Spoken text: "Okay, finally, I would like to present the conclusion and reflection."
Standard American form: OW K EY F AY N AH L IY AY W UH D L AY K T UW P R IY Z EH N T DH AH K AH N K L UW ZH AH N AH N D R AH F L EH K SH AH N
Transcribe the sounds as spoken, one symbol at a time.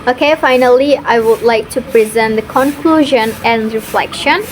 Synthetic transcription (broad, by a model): OW K EY F AY N AH L IY AY W UH D L AY K T UW P R IY Z EH N T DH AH K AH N K L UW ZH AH N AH N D R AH F L EH K SH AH N